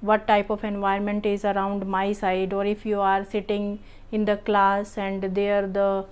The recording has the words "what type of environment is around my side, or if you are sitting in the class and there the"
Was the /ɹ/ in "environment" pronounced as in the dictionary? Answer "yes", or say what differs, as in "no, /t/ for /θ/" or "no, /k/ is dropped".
no, /ɹ/ is dropped